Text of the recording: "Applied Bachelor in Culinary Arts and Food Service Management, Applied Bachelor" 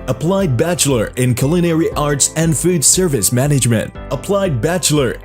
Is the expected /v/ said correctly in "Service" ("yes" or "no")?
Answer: yes